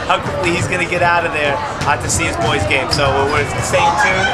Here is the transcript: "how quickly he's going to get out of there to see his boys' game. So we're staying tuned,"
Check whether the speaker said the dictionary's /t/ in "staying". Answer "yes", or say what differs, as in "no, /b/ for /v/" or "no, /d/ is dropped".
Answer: no, /s/ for /t/